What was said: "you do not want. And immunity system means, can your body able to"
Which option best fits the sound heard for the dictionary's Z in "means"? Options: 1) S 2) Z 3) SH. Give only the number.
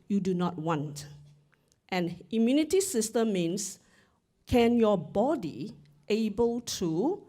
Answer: 1